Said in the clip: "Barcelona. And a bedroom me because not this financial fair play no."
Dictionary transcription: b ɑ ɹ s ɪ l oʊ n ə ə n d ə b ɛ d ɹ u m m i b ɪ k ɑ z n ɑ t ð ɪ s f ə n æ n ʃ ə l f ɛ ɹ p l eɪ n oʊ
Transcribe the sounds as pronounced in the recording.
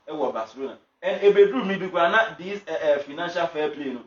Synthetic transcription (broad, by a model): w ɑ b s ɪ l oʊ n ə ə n ə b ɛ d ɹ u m m i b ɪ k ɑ n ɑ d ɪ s f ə n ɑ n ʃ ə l f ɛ p l eɪ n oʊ